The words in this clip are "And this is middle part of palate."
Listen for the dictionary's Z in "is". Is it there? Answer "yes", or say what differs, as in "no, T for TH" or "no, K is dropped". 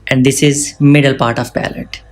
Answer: yes